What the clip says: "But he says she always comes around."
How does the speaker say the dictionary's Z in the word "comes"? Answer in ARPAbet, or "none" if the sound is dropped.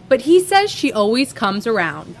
Z